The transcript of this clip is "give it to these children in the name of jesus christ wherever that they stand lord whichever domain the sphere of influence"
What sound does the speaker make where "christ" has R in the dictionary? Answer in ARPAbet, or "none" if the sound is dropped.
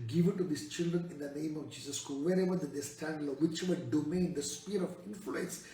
none